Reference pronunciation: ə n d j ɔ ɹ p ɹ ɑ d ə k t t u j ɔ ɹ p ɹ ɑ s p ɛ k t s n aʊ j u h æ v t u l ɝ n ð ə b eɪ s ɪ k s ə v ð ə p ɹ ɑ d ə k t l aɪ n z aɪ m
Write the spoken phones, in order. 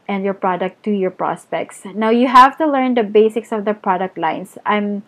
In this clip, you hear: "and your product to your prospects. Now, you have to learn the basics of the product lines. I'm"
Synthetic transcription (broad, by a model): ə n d j ɔ ɹ p ɹ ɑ d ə k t t u j ɔ ɹ p ɹ ɑ s p ɛ k t s n aʊ j u h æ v t u l ɝ n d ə b eɪ s ɪ k s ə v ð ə p ɹ ɑ d ə k t l aɪ n s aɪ m